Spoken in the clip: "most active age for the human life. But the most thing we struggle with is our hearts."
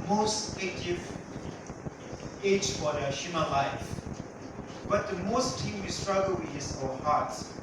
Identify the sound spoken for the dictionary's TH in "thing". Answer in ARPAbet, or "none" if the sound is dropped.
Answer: T